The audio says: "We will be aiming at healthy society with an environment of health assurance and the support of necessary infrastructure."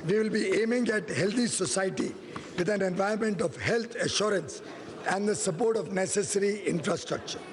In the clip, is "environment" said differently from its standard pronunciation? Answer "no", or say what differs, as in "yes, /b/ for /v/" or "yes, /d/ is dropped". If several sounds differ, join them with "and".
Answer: yes, /ɹ/ is dropped